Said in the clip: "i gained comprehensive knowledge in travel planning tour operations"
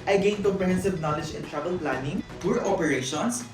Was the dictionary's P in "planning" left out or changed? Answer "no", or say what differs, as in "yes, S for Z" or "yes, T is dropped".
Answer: no